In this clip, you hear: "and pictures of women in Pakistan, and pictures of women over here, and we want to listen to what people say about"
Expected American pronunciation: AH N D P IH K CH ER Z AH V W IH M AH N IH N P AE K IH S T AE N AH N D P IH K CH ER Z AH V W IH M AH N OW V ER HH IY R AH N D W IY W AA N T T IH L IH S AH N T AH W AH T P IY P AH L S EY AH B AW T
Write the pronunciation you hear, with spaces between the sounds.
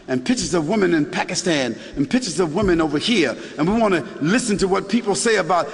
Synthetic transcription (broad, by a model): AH N P IH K CH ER Z AH V W IH M AH N IH N P AE K IH S T AE N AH N P IH K CH ER Z AH V W IH M AH N OW V ER HH IY R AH N W IY W AA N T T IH L IH S AH N T AH W AH T P IY P L S EY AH B AW T